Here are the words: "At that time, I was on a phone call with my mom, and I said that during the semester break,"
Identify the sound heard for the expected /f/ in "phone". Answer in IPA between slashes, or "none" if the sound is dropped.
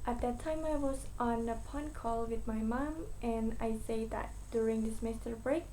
/p/